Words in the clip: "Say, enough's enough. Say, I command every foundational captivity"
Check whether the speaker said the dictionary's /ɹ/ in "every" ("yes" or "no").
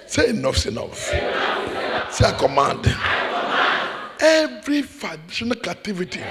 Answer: yes